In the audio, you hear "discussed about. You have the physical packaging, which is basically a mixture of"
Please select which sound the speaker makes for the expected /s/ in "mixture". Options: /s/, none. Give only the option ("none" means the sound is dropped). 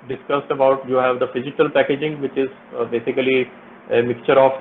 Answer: none